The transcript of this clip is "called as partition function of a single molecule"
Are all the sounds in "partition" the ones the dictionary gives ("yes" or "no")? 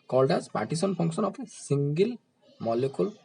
no